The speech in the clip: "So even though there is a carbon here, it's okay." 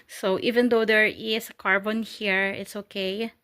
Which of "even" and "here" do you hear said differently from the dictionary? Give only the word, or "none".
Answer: none